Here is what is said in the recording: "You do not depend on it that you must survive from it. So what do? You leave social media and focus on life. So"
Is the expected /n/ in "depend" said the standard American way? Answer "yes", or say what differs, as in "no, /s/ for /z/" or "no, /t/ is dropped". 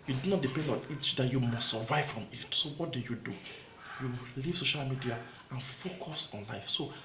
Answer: yes